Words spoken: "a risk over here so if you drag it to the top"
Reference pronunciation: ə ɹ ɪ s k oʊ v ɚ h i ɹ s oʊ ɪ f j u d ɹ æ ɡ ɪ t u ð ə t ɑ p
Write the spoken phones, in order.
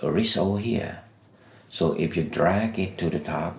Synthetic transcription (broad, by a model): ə ɹ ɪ s oʊ h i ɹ s oʊ ɪ f j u d ɹ æ ɡ ɪ t u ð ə t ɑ p